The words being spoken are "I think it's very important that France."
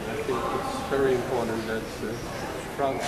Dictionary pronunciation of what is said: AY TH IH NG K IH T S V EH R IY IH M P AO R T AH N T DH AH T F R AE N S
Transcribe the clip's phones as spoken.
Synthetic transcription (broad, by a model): AY TH IH NG K IH T S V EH R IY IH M P AO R T N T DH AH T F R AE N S